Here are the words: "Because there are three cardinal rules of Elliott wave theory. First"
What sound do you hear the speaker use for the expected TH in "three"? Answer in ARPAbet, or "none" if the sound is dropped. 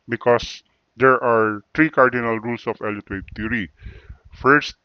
T